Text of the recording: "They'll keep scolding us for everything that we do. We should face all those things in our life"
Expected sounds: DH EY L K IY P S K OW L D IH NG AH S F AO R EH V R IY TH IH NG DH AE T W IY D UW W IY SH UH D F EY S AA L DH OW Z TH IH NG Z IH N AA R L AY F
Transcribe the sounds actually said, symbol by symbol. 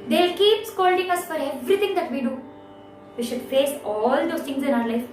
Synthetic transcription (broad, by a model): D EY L K IY P S K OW L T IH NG AH S F AO R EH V R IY T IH NG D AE T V IY D UW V IY SH UH D F EY S AA L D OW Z T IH NG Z IH N AA R L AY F